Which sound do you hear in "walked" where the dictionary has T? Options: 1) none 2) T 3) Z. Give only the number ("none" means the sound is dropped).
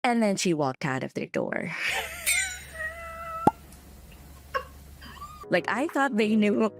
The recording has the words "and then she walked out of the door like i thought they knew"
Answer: 2